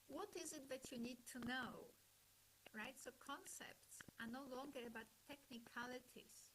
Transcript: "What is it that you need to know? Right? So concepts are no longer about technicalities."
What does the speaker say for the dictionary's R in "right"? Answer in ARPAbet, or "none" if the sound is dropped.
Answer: R